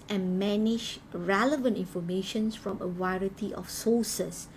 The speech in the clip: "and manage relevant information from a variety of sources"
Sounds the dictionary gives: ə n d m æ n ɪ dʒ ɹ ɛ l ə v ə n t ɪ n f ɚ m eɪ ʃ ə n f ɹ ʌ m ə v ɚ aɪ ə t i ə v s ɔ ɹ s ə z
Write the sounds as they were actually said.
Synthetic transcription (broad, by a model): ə n m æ n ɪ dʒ ɹ ɛ l ə v ə n t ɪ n f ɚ m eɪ ʃ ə n f ɹ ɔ m ə w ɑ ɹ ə t i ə f s ɔ s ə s